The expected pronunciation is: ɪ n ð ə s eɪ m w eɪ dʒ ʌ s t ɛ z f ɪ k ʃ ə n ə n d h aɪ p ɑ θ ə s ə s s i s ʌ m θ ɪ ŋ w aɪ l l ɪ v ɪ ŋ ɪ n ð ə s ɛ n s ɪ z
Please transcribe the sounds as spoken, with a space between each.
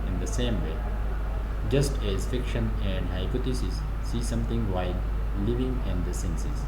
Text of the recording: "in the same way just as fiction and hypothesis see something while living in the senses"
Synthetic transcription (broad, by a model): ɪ n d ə s eɪ m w eɪ dʒ ʌ s t ɛ z f ɪ k ʃ ə n ə n d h aɪ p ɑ t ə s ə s s i s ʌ m t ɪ ŋ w aɪ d l ɪ v ɪ ŋ ɪ n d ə s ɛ n s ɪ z